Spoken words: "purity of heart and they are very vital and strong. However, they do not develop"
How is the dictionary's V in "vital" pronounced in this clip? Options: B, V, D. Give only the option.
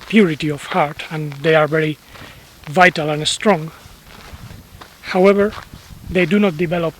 V